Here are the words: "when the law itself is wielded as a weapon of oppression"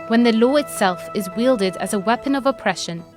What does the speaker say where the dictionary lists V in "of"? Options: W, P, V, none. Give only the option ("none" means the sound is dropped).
V